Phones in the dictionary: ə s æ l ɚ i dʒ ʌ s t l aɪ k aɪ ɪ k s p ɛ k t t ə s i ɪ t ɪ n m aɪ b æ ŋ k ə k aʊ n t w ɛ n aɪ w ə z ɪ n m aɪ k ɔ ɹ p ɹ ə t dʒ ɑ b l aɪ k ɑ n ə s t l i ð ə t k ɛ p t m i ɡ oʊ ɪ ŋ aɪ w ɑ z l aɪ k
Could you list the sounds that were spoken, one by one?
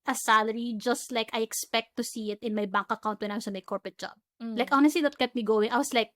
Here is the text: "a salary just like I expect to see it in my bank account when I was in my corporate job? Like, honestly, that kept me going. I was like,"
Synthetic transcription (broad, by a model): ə s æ l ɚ i dʒ ʌ s t l aɪ k aɪ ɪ k s p ɛ k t t ə s i ɪ t ɪ n m aɪ b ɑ ŋ k ə k aʊ n t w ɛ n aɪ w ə s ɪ m aɪ k ɔ ɹ p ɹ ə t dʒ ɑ b l aɪ k ɑ n ə s t l i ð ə t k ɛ t m i ɡ oʊ ɪ ŋ aɪ w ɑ s l aɪ k